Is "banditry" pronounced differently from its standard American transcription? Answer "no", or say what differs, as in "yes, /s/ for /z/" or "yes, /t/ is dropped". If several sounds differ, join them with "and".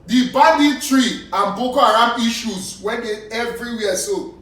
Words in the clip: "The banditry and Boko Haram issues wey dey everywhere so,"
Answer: yes, /n/ is dropped